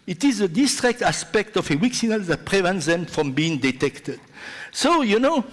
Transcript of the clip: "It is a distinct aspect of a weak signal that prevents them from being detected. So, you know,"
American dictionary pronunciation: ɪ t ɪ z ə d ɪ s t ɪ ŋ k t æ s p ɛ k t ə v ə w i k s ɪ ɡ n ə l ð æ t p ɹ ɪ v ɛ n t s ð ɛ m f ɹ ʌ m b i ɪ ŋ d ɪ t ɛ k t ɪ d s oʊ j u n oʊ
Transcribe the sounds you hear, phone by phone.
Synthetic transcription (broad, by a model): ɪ t ɪ z ə d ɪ s t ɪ k t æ s p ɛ k t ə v ə w i k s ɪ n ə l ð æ t p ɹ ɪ v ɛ n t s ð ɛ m f ɹ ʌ m b i ɪ ŋ d ɪ t ɛ k t ɪ d s oʊ j u n oʊ